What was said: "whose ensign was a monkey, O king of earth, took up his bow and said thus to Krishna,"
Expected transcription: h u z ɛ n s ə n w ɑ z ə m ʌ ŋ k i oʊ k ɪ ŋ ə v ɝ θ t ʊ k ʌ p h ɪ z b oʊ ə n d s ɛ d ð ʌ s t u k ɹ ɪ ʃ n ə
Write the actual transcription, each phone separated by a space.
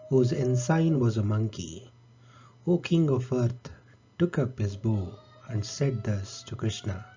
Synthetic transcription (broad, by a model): h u z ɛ n s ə n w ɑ z ə m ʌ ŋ k i oʊ k ɪ ŋ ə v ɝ t t ʊ k ʌ p h ɪ z b oʊ ə n d s ɛ d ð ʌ s t u k ɹ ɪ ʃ n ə